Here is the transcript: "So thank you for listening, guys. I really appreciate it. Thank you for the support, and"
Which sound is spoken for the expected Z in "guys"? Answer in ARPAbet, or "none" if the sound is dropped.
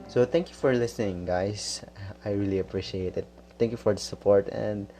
S